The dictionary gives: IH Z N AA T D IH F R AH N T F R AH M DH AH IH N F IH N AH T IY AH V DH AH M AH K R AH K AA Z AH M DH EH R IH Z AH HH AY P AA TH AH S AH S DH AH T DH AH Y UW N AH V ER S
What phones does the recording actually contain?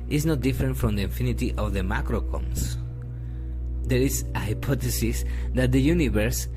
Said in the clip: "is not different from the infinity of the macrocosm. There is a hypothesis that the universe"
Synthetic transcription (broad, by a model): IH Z N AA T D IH F R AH N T F R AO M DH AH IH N F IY N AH T IY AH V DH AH M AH K R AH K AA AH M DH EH R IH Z AH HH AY P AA T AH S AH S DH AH T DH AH Y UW N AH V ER S